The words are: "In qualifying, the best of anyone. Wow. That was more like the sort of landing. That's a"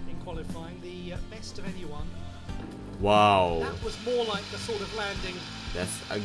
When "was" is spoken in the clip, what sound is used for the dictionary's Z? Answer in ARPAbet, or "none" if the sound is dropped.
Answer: Z